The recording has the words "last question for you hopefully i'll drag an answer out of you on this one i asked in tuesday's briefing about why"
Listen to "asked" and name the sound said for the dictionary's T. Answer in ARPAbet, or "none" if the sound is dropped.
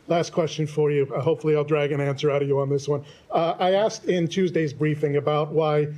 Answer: T